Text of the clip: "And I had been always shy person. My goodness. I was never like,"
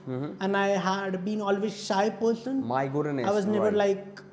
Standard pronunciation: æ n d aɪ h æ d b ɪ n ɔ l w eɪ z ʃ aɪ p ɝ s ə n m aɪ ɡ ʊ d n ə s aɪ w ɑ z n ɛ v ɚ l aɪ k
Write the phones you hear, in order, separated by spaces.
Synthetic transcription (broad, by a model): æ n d aɪ h æ d b ɪ n ɔ l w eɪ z ʃ aɪ p ɝ s ə n m aɪ ɡ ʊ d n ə aɪ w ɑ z n ɛ v ɚ l aɪ k